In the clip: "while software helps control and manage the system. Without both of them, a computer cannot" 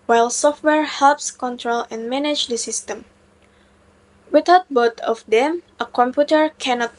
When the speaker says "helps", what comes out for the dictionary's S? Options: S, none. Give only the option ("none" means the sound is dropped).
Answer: S